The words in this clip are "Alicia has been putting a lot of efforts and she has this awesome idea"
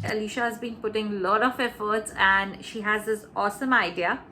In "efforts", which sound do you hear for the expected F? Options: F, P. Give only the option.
F